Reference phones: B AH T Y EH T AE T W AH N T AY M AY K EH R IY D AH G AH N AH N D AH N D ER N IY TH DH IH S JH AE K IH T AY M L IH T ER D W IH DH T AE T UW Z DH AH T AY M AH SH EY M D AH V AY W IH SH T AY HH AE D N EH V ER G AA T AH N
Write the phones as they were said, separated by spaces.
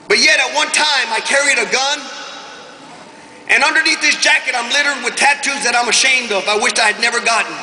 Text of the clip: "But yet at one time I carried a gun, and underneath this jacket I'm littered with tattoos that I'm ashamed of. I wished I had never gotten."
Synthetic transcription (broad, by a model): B AH T Y EH T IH T W AH N T AY M AY K EH R IY D AH G AH N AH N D AH N D ER N IY TH DH IH S JH AE K IH T AY M L IH T ER D W IH DH T AE T UW Z DH AH T AY M AH SH EY M D AH V AY W IH SH AY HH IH D N EH V ER G AA T N